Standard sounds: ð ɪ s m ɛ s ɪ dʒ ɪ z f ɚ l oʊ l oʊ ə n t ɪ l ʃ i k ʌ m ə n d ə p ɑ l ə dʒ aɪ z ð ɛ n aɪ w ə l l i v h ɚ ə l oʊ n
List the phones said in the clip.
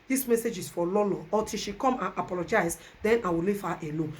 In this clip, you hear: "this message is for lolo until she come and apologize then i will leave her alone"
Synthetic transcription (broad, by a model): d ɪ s m ɛ s ɪ dʒ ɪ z f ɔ l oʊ l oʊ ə t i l ʃ i k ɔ m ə n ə p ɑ l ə dʒ aɪ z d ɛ n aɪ w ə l l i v h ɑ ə l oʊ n